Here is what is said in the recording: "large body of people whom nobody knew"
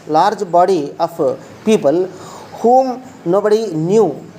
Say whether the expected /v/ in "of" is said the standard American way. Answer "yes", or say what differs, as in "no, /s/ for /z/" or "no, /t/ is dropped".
no, /p/ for /v/